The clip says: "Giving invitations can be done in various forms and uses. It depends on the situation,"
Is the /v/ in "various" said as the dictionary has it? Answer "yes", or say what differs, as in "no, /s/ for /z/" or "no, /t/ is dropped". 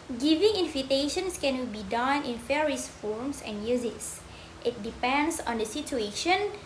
no, /f/ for /v/